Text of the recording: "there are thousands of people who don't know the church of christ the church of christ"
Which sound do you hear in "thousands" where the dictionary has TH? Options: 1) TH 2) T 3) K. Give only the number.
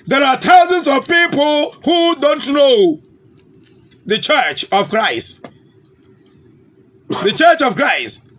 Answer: 2